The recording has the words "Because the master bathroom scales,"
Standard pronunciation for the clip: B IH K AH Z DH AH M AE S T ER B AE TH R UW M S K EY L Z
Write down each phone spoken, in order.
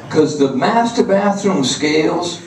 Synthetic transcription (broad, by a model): K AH Z DH AH M AE S T ER B AE TH R UW M S K EY L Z